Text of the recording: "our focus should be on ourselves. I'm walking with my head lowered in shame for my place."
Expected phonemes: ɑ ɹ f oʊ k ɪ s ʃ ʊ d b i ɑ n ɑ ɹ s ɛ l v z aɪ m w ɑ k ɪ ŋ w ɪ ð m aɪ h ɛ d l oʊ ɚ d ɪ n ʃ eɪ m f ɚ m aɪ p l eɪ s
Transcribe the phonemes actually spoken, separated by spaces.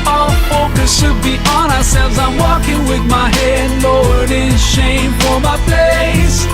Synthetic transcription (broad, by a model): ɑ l f oʊ k ɪ s ʃ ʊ d b i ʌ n ɑ ɹ s ɛ l v z aɪ m w ɑ k ɪ ŋ w ɪ ð m aɪ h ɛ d l oʊ ɚ d ɪ n ʃ eɪ m f ɚ m aɪ p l eɪ s